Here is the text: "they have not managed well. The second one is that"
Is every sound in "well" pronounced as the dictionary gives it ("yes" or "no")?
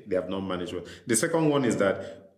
no